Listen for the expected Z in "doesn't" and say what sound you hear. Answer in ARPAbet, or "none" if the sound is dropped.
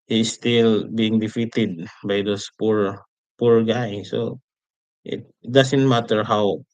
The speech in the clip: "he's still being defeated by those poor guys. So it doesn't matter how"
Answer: S